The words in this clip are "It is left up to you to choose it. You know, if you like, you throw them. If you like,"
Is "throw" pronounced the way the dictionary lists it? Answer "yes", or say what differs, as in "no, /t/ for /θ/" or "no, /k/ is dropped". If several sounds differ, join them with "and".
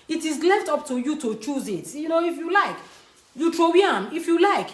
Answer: no, /t/ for /θ/